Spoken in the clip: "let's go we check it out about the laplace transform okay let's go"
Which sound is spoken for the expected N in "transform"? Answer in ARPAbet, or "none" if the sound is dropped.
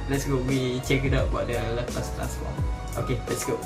none